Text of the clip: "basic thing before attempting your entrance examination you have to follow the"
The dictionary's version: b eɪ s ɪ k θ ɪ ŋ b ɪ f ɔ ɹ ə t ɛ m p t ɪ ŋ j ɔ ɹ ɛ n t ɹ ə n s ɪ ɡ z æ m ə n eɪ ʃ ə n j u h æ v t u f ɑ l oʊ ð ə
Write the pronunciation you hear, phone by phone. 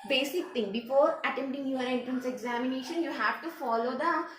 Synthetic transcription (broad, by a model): b eɪ s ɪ k t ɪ ŋ b ɪ f ɔ ɹ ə t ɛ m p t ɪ ŋ j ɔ ɹ ɛ n t ɹ ə n s ɪ ɡ z æ m ə n eɪ ʃ ə n j u h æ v t u f ɑ l oʊ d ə